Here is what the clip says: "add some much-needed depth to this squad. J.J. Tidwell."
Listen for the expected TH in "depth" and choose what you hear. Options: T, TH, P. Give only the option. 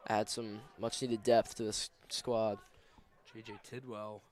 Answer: TH